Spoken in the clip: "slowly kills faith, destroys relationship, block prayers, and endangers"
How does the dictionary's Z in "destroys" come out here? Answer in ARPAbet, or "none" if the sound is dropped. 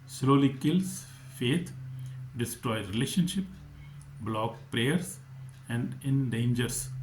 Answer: none